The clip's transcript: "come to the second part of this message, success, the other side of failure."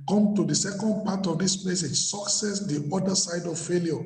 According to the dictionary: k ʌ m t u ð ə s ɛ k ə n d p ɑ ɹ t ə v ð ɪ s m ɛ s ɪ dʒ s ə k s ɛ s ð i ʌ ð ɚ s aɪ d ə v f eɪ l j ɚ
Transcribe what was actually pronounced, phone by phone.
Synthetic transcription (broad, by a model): k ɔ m t u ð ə s ɛ k ə n d p ɑ t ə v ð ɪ s m ɛ s ɪ dʒ s ə k s ɛ s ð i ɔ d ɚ s aɪ d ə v f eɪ l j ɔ